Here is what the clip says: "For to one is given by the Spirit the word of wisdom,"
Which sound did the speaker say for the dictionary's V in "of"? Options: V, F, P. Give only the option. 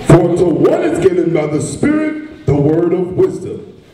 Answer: V